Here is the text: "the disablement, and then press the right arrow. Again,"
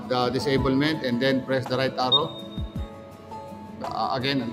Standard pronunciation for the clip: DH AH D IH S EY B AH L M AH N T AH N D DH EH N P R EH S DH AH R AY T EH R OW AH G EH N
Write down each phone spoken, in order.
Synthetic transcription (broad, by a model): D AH D IH S EY B AH L M AH N T AH N D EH N P R EH S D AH R AY T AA R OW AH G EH N